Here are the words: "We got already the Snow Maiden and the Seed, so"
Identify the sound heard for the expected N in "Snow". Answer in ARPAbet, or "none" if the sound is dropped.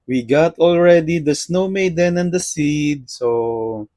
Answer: N